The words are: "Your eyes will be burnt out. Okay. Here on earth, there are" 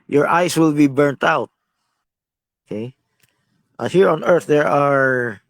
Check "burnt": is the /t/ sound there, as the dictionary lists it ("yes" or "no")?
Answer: yes